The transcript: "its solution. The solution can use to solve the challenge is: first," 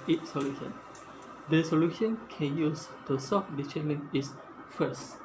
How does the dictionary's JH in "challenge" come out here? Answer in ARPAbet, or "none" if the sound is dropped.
none